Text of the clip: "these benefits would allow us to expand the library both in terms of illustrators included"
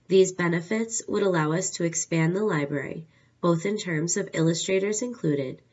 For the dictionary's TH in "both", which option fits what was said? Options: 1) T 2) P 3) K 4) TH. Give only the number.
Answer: 4